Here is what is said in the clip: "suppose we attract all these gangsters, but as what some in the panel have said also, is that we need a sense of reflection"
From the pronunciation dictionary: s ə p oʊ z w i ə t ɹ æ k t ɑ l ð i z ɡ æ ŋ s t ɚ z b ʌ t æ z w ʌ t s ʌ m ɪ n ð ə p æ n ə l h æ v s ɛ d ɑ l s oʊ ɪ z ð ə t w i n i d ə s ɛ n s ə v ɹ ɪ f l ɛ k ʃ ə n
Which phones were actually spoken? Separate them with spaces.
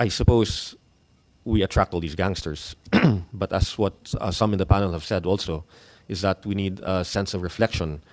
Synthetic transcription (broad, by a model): s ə p oʊ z w i ə t ɹ æ k t ɑ l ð i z ɡ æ ŋ s t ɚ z b ʌ t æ s w ʌ t s ʌ m ɪ n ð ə p æ n ə l h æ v s ɛ d ɑ l s oʊ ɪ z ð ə t w i n i d ə s ɛ n s ə v ɹ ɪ f l ɛ k ʃ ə n